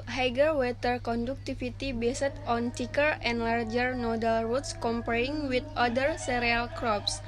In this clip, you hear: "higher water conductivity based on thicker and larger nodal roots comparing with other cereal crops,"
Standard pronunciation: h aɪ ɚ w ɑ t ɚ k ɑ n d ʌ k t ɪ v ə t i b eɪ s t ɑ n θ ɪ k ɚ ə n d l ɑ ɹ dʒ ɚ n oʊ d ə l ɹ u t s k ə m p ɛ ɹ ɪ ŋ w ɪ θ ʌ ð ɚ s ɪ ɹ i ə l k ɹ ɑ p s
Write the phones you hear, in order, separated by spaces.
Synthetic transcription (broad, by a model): h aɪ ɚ w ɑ t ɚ k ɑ n d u k t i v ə t i b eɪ s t ɑ n t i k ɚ ə n d l ɑ ɹ dʒ ɚ n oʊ d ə l ɹ u t s k ə m p ɛ ɹ ɪ ŋ w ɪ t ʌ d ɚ s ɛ ɹ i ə l k ɹ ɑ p s